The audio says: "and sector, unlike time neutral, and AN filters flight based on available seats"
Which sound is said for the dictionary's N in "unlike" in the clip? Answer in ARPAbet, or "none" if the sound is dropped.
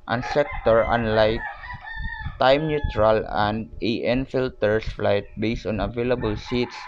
N